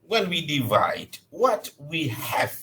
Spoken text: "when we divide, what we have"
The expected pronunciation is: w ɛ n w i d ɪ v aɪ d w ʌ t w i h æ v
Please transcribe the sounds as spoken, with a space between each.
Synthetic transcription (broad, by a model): w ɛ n w i d ɪ v aɪ d w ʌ t w i h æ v